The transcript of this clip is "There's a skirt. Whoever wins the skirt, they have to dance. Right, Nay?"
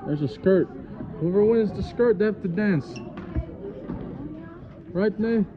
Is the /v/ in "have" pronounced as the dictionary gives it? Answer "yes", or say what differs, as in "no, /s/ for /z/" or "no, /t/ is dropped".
no, /f/ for /v/